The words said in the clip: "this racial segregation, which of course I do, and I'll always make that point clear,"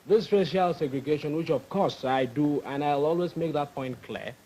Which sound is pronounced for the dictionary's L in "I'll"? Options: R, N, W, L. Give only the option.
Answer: L